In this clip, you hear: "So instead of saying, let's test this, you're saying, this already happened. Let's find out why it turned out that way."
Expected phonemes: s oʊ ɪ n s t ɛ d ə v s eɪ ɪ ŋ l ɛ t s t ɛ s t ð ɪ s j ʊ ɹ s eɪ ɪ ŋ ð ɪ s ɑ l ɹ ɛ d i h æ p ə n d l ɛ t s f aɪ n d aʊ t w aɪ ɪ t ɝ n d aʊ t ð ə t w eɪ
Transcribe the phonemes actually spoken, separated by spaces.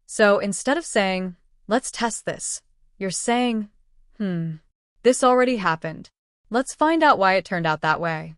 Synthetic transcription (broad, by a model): s oʊ ɪ n s t ɛ d ə v s eɪ ɪ ŋ l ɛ t s t ɛ s t ð ɪ s j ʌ ɹ s eɪ ɪ ŋ ð ɪ s l ɹ ɛ d i h æ p ə n d l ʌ t s f aɪ n d aʊ t w aɪ ɪ t ɝ n d aʊ t ð ə t w eɪ